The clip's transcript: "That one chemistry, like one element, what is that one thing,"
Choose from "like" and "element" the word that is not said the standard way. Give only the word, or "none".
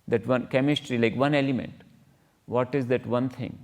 none